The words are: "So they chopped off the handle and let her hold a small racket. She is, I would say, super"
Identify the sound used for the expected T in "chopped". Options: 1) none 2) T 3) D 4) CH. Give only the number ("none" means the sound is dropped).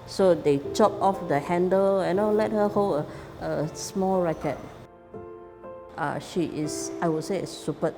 1